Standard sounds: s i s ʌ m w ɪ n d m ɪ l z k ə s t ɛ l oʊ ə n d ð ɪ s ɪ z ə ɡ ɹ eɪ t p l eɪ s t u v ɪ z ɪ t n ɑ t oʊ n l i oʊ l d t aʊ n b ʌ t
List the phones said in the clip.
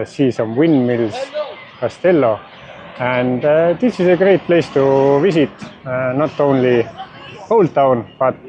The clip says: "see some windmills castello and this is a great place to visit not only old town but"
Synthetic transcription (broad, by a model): s i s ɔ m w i n m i l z k ə s t ɛ l oʊ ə n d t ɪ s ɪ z ə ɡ ɹ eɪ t p l eɪ s t u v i s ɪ t n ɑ t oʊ n l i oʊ l t aʊ n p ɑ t